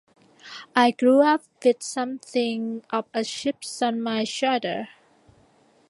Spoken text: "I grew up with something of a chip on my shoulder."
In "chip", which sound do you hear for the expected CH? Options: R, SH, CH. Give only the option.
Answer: SH